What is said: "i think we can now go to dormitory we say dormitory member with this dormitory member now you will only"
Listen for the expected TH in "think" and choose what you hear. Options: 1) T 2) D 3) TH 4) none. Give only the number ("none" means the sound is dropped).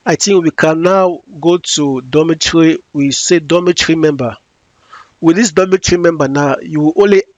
1